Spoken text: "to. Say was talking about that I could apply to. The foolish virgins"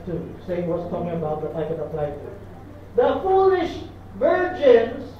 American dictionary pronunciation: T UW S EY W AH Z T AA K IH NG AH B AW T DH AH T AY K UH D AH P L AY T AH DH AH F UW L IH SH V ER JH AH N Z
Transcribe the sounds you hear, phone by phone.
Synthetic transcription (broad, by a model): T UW S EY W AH S T AA K IH NG AH B AW T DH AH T AY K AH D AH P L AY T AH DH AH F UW L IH SH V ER JH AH N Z